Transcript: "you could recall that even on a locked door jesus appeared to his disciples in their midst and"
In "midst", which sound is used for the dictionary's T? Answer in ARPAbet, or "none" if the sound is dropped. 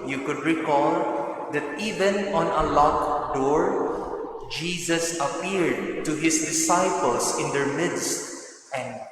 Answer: T